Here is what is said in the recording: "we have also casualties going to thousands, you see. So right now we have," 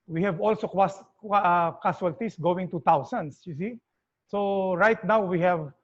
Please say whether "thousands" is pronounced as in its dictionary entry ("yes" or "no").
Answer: no